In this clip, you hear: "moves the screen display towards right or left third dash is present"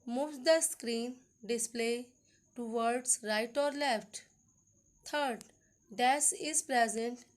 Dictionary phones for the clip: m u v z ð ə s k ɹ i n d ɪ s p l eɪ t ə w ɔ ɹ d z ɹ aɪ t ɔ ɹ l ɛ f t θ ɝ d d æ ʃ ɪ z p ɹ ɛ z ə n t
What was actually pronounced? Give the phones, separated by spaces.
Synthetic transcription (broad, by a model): m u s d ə s k ɹ i n d ɪ s p l eɪ t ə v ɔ ɹ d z ɹ aɪ t ɔ ɹ l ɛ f t t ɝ d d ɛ s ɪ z p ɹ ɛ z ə n t